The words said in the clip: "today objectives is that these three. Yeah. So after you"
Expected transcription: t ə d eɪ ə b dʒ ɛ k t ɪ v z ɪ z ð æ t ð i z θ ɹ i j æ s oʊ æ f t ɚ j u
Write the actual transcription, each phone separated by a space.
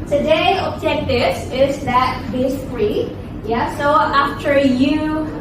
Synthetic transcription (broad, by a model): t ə d eɪ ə b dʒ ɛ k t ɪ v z ɪ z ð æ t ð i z f ɹ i j æ s oʊ æ f t ɚ j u